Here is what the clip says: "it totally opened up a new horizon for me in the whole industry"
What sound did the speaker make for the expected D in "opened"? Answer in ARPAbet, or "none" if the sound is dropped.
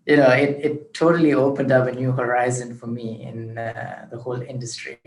D